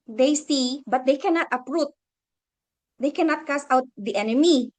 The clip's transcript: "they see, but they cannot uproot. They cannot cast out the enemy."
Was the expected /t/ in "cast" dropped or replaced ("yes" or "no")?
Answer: yes